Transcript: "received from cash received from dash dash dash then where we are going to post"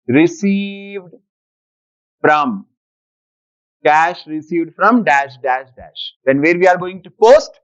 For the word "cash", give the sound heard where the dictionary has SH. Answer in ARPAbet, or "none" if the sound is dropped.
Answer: SH